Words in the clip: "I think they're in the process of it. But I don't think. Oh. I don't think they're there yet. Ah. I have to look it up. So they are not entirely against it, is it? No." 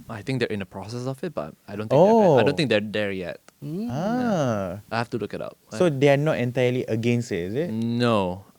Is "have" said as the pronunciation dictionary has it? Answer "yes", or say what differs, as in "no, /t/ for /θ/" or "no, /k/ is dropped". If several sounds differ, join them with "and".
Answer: no, /f/ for /v/